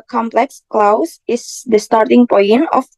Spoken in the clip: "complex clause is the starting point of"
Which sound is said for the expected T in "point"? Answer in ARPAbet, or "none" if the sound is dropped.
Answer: none